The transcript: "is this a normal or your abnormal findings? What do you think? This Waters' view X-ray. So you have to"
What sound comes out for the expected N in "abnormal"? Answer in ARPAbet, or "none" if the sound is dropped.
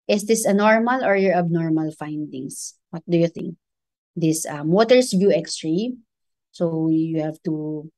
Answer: N